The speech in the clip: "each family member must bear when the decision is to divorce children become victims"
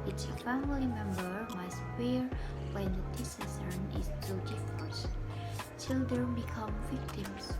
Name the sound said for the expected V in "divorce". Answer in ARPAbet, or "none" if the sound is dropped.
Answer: F